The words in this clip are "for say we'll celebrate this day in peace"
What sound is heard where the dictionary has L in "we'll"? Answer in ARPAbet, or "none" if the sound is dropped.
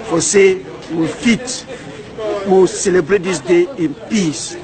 W